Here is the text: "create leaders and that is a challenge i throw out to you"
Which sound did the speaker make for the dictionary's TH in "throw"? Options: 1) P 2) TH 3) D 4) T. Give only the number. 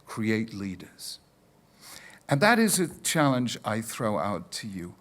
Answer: 2